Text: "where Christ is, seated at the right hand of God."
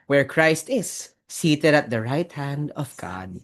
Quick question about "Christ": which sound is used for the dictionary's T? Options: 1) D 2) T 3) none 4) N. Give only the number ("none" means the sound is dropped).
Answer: 2